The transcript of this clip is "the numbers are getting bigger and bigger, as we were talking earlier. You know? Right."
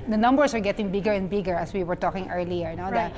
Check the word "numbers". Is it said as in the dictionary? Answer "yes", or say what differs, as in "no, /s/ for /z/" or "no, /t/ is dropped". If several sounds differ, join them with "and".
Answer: no, /s/ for /z/